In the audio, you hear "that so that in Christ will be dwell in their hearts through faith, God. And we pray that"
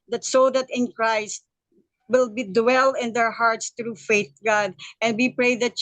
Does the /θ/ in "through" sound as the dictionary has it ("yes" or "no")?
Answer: no